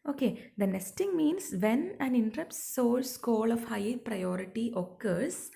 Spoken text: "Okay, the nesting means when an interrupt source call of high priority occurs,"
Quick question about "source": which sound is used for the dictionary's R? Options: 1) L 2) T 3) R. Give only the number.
1